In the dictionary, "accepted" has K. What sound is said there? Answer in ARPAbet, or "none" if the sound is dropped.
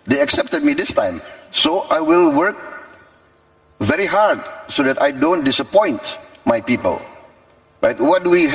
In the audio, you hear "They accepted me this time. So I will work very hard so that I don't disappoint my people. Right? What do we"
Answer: K